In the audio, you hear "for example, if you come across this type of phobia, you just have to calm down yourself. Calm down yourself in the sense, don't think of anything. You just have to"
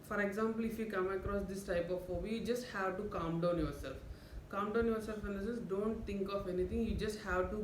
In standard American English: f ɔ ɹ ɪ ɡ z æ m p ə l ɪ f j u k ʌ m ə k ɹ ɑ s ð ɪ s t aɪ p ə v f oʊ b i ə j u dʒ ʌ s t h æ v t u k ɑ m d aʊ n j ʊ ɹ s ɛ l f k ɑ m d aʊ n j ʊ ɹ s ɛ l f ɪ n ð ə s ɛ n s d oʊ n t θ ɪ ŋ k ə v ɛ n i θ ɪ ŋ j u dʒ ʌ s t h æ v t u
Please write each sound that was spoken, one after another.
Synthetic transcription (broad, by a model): f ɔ ɹ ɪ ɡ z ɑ m p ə l ɪ f j u k ʌ m ə k ɹ ɑ s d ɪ s t aɪ p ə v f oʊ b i j u dʒ ʌ s t h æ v t u k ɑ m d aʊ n j ʊ ɹ s ɛ l f k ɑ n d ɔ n j ʊ ɹ s ɛ l f ɪ n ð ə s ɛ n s d oʊ n t t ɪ ŋ k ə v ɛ n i t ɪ ŋ j u dʒ ʌ s t h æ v t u